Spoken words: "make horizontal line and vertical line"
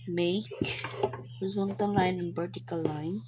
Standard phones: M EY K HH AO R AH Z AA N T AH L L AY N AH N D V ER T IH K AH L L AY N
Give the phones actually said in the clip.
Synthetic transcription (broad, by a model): M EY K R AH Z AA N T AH N L AY N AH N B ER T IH K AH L L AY N